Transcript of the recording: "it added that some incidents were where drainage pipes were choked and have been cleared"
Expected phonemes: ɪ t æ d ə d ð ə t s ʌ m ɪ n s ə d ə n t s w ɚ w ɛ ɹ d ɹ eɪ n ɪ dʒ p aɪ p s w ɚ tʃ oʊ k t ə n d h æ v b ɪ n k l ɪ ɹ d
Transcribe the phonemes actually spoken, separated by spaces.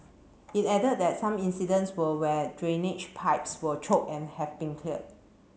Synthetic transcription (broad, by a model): ɪ t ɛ d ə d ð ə t s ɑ m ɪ n s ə d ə n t s w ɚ w ɛ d ɹ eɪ n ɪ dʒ p aɪ p s w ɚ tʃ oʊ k ə n h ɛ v b ɪ n k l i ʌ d